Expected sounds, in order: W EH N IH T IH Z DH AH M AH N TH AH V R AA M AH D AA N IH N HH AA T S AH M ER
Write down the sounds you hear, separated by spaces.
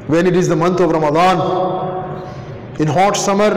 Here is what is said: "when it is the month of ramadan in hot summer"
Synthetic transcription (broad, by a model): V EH N IH T IH Z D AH M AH N T AH V R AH M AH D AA N IH N HH AA T S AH M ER